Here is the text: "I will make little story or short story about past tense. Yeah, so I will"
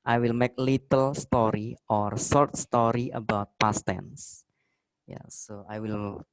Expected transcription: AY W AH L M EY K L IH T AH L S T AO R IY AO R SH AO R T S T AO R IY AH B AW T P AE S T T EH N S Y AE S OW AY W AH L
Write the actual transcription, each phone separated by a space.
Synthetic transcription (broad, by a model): AY W AH L M EY K L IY T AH L S T AO R IY AO R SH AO R T S T AO R IY AH B AW T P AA S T T EH N S Y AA S OW AY W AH L